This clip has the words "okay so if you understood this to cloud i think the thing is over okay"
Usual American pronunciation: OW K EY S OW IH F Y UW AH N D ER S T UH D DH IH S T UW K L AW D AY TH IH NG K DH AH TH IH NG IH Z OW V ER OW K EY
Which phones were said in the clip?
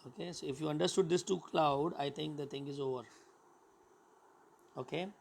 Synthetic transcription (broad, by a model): OW K EY S OW IH F Y UW AH N D ER S T UH D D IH S T UW K L AW D AY T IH NG K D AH T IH NG IH Z OW V ER OW K EY